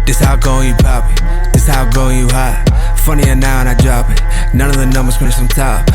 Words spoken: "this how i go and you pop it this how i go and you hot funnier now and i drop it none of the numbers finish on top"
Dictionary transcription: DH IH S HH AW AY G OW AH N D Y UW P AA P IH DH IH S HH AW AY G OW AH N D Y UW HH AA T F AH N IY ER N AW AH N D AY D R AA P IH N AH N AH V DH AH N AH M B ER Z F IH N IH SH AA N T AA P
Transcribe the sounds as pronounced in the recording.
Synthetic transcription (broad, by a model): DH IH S HH AW G OW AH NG Y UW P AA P IH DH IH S HH AW G OW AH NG Y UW HH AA F AH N IY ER N AW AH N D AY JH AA B IH N AH N AH V DH AH N AH M B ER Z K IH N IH S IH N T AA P